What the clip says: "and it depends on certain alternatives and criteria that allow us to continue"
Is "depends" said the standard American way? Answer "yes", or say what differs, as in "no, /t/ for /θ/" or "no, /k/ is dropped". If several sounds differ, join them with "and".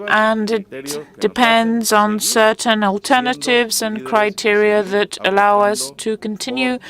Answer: yes